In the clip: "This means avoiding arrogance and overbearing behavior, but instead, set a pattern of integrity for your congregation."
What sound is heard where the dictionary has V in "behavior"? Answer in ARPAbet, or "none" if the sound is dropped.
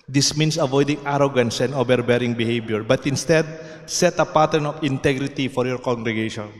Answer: B